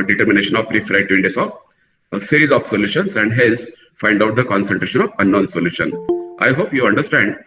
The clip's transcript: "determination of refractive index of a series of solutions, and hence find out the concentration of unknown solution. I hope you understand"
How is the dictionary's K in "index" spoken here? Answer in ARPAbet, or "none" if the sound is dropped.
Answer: none